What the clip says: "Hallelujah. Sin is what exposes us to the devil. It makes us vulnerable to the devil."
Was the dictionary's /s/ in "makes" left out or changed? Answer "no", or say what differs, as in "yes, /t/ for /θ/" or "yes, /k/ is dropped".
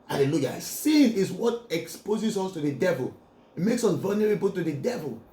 no